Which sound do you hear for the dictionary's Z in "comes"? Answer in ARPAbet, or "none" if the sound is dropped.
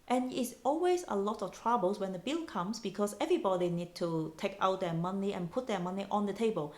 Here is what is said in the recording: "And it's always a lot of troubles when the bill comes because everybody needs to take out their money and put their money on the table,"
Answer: S